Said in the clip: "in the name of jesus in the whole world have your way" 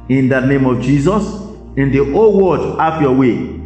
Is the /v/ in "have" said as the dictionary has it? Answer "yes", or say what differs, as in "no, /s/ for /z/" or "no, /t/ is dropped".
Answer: no, /f/ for /v/